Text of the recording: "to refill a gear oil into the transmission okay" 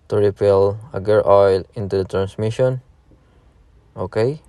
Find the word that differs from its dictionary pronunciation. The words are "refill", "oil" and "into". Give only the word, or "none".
refill